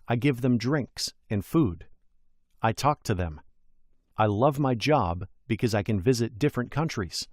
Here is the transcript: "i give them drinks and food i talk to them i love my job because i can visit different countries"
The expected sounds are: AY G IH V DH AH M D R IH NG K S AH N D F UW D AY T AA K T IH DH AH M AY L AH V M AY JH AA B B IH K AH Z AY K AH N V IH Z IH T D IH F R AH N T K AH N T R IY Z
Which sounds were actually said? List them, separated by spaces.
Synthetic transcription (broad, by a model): AY G IH V DH AH M D R IH NG K S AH N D F UW D AY T AA K T IH DH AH M AY L AH V M AY JH AA B B IH K AH Z AY K AH N V IH Z IH T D IH F R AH N K AH N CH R IY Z